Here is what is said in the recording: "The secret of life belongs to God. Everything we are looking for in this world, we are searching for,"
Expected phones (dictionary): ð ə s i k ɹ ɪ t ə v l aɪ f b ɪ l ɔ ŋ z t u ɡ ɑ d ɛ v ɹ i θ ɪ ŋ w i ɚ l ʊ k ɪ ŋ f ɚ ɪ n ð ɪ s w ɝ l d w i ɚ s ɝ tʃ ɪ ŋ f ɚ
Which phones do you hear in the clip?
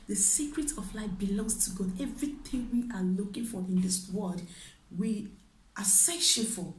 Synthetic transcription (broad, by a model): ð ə s i k ɹ ɪ t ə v l aɪ f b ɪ l ɔ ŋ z t u ɡ ɑ d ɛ v ɹ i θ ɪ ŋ w i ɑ l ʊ k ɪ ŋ f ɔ ɪ n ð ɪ s w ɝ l d w i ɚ s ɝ ʃ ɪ f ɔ